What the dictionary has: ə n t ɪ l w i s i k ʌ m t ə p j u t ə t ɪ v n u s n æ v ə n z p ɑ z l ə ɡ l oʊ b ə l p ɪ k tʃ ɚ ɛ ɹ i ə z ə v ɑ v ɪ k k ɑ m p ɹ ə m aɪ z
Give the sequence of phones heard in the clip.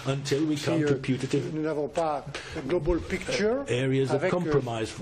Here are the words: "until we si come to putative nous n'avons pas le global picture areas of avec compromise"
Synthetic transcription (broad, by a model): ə n t ɪ l w i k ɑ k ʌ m p j u t ə t ɪ v n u n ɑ v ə p ɑ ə ɡ l oʊ b ə l p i k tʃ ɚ ɛ ɹ i ə z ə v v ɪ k k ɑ m p ɹ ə m aɪ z